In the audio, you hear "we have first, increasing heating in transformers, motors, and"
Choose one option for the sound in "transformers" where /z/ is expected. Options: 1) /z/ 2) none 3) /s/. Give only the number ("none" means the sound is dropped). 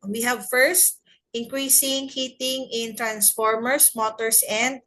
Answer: 3